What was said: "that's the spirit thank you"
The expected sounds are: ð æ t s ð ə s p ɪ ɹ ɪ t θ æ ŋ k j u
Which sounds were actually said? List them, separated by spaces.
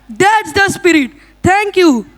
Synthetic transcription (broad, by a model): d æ t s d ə s p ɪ ɹ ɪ t t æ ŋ k j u